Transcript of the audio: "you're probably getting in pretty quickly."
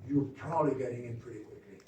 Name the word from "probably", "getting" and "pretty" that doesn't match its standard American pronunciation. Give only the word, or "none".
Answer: probably